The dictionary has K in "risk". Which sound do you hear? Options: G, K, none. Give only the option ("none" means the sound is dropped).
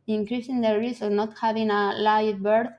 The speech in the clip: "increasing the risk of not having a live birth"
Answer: none